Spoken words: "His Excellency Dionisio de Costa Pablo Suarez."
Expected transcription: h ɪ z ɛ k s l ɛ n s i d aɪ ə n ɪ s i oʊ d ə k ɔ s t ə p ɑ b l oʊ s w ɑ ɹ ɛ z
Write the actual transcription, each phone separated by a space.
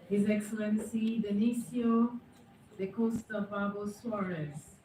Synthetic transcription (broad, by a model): h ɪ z ɛ k s l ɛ n s i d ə n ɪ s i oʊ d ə k ɔ s t ə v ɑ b oʊ s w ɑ ɹ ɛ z